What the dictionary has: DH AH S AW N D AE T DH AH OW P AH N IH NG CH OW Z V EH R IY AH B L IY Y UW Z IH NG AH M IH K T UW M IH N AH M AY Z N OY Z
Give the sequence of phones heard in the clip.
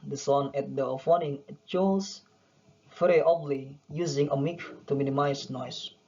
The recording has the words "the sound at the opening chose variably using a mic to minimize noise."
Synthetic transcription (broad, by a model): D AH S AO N EH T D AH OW F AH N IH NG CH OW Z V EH R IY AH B L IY Y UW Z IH NG AH M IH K T UW M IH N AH M AY S N OY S